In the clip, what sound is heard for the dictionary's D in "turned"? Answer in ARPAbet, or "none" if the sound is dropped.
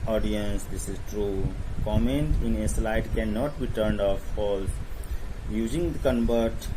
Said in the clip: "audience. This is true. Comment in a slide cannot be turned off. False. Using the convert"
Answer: D